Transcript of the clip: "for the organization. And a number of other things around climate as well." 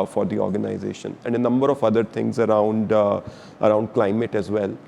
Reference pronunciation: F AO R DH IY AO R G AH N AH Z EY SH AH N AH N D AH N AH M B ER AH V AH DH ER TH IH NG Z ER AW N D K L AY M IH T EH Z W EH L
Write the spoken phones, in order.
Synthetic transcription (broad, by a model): F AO R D IY AO R G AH N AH Z EY SH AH N AH N D AH N AH M B ER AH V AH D ER T IH NG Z ER AW N D K L AY M IH T EH Z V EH L